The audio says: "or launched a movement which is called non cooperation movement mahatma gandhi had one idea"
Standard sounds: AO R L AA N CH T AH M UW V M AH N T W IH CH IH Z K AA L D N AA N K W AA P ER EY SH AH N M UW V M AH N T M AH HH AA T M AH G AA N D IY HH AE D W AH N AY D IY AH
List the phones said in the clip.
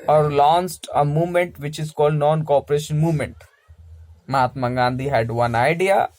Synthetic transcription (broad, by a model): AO R L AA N S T AH M UW V M AH N T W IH CH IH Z K AA L D N AA N K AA P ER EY SH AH N M UW V M AH N T M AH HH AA T M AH G AA N D IY HH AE D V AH N AY D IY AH